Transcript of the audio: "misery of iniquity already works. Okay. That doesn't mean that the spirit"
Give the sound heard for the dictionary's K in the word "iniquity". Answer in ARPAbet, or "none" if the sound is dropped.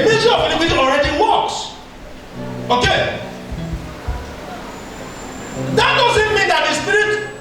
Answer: none